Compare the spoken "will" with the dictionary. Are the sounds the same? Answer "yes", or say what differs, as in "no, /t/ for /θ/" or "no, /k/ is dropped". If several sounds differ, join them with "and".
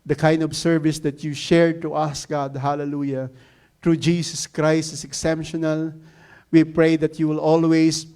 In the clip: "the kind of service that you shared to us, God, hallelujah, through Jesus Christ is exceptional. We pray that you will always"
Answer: yes